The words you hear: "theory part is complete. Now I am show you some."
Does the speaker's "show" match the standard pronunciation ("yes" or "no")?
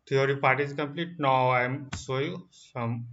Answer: no